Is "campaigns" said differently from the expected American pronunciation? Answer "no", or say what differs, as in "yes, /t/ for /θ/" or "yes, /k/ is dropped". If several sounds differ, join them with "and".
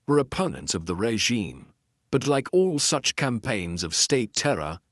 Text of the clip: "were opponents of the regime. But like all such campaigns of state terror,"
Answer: no